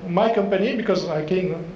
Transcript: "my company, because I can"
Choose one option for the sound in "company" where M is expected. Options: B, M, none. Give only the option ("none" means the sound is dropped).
M